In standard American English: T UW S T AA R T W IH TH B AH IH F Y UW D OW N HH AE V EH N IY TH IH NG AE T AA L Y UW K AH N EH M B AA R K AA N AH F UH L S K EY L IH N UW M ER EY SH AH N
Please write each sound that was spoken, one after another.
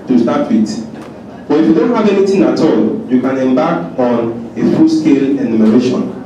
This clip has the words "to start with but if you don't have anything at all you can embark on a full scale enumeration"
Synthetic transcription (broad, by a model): T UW S T AA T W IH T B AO IH F Y UW D OW N HH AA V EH N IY T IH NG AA T AA L Y UW K AH N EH M B AA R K AA N AH F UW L S K EY L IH N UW M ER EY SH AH N